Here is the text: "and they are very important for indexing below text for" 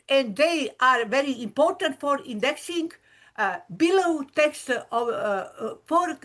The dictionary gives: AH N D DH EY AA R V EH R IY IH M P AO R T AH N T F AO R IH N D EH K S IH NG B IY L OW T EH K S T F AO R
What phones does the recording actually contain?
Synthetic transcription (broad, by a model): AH N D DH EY AA R V EH R IY IH M P AO R T AH N T F AO R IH N D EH K S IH NG B IY L OW T EH K S T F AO R